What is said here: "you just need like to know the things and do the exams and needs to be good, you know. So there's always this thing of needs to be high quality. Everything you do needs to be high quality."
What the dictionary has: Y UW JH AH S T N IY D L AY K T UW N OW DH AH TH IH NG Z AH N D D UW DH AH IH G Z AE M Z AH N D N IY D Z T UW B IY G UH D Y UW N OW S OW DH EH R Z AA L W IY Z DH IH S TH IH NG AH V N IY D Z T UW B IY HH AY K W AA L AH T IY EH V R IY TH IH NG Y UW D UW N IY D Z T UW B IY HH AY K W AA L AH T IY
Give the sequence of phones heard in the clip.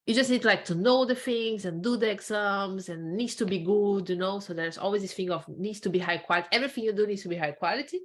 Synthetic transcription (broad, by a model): Y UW JH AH S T N IY D L AY K T UW N OW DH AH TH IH NG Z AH N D D UW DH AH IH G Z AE M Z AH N N IY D S T UW B IY G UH D Y UW N OW S OW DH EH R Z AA L W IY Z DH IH S F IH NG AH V N IY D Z T UW B IY HH AY K W AA L AH T IY EH V R IY TH IH NG Y UW D UW N IY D S T UW B IY HH AY K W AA L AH T IY